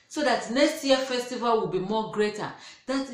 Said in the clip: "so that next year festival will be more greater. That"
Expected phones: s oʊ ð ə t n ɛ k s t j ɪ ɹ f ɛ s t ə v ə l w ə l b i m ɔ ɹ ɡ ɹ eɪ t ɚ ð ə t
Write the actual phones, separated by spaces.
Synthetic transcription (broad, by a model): s oʊ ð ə t n ɛ k s t j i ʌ f ɛ s t ə v ə l w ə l b i m ɔ ɡ ɹ eɪ t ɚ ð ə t